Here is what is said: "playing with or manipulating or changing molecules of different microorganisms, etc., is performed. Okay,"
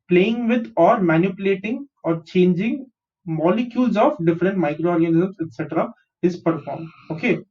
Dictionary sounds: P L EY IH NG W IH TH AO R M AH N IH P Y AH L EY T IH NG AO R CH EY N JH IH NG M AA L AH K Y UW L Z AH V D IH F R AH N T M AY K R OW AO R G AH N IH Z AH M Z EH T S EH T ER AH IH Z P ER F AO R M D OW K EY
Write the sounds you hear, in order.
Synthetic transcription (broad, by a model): P L EY IH NG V IH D AO R M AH N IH P Y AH L EY T IH NG AO R CH EY N JH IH NG M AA L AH K Y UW L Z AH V D IH F R AH N T M AY K R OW AO R G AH N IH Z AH M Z EH T S EH T ER AH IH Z P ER F AO R M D OW K EY